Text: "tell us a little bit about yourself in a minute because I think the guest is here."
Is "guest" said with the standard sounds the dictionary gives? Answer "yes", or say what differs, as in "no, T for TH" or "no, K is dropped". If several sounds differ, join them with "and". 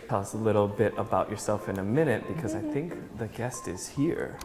yes